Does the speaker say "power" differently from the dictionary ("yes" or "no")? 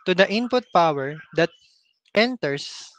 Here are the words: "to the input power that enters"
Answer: no